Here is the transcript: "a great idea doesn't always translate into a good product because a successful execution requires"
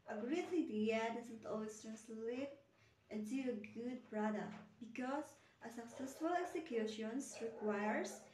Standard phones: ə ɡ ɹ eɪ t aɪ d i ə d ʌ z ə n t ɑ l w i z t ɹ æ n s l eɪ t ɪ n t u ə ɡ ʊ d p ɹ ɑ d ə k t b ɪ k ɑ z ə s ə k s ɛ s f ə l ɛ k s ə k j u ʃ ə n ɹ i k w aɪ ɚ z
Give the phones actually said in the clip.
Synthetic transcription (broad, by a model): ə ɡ ɹ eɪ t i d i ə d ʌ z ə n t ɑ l w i s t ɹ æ n s l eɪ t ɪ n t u ə ɡ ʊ d p ɹ ɑ d ə k t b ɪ k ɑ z ə s ə k s ɛ s f ə l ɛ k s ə k j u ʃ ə n ɹ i k w aɪ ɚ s